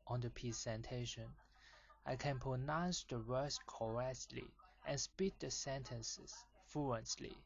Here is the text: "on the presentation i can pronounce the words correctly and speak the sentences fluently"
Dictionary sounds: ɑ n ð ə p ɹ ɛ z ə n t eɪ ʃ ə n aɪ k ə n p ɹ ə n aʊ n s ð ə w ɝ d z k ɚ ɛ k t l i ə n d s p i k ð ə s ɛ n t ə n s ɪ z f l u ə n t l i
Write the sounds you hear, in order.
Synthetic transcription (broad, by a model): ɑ n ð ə p i s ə n t eɪ ʃ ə n aɪ k ə n p ɹ ə n aʊ n s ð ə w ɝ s k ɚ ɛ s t l i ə n s p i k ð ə s ɛ n t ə n s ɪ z f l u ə n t l i